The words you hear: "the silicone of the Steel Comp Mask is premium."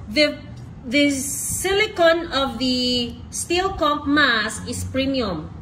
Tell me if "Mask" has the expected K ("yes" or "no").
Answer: no